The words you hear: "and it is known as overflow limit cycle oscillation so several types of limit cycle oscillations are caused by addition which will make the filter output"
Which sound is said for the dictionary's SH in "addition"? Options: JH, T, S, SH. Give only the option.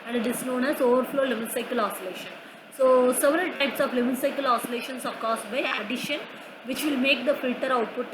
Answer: SH